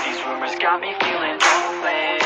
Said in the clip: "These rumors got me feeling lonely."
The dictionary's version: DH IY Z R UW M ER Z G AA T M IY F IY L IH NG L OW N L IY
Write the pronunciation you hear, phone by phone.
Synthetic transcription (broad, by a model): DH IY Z R UW M ER Z G AA T M IY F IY L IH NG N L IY